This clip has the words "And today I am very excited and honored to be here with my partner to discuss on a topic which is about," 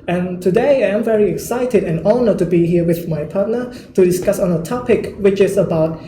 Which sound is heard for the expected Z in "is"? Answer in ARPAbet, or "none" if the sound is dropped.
S